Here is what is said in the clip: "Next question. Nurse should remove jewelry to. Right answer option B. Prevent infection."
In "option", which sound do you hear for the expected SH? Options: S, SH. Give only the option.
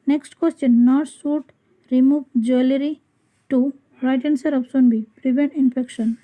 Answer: S